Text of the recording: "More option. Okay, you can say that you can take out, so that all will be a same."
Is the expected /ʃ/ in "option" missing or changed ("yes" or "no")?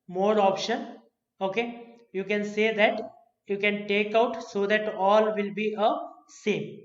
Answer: no